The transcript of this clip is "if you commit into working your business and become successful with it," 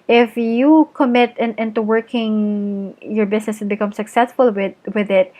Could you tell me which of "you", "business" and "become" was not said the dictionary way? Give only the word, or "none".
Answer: business